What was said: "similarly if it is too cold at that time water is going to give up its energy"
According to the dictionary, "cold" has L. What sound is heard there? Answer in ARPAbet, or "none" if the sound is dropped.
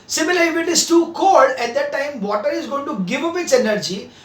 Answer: none